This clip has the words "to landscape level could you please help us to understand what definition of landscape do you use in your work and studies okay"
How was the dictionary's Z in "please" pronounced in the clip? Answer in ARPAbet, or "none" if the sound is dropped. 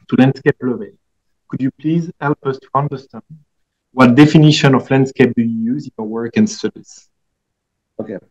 Z